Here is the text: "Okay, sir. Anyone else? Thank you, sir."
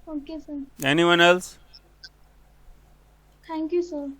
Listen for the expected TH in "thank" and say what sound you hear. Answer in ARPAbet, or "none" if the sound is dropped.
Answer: T